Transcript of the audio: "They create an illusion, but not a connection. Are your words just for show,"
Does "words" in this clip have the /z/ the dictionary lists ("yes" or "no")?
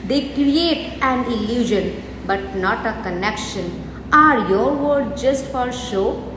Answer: no